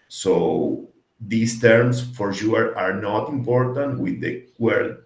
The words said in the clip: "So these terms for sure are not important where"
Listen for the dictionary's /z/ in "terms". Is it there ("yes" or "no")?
no